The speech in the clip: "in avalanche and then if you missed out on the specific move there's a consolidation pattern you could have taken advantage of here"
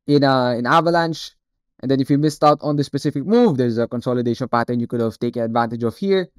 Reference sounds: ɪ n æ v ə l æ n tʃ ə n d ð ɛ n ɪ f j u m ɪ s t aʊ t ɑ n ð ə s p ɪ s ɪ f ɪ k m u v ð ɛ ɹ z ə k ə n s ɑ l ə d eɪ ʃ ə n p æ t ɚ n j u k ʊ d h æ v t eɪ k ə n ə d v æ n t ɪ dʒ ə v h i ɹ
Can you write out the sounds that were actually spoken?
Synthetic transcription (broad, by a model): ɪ n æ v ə l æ n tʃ ə n d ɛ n ɪ f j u m ɪ s t aʊ t ɑ n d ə s p ɪ s ɪ f ɪ k m u v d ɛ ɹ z ə k ə n s ɑ l ə d eɪ ʃ ə n p æ t ɚ n j u k ʊ d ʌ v t eɪ k ə n ə d v æ n t ɪ dʒ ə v h i ɹ